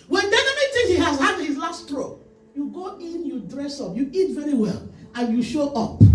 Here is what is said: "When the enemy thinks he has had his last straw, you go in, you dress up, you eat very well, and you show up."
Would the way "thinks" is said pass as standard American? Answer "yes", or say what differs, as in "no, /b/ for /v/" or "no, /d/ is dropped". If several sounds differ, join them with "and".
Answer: no, /t/ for /θ/